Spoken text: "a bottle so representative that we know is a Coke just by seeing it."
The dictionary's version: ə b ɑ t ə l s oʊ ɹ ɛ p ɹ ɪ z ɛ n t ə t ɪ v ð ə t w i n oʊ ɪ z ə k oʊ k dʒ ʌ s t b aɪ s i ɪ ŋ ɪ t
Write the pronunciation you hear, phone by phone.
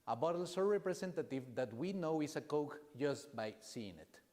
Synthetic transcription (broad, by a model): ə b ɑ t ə l s oʊ ɹ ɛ p ɹ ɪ s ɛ n t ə t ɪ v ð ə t w i n oʊ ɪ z ə k oʊ k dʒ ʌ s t b aɪ s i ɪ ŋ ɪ t